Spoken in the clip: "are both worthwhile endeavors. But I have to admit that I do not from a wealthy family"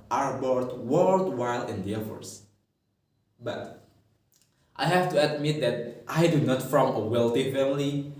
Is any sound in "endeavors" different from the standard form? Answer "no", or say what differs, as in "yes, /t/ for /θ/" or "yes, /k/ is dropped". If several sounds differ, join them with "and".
yes, /f/ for /v/ and /s/ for /z/